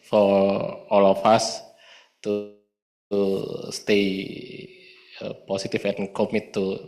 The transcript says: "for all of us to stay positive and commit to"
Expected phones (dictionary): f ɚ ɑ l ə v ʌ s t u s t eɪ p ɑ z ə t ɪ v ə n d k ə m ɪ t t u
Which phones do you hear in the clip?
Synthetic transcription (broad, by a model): f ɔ ɑ l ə f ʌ s t u s t eɪ p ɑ s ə t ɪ f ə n k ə m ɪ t t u